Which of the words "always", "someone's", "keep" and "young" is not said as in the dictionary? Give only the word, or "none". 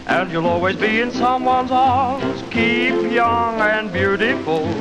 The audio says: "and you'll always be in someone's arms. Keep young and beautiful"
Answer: none